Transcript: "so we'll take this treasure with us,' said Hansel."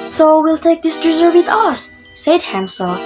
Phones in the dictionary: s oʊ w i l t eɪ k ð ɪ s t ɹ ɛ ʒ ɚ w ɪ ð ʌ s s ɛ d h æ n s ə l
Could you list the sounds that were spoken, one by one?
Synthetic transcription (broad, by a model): s oʊ w i l t eɪ k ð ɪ s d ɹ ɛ z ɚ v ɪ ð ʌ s s ɛ d h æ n s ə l